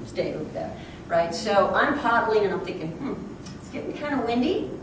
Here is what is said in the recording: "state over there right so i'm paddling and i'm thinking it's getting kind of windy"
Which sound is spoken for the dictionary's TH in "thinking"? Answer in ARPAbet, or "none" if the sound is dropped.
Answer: TH